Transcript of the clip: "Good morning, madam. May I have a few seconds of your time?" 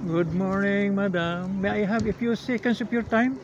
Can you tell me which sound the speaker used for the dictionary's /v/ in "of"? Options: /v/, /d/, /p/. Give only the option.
/p/